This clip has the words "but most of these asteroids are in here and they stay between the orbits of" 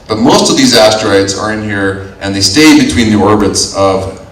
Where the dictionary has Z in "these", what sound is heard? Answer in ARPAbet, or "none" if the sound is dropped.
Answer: Z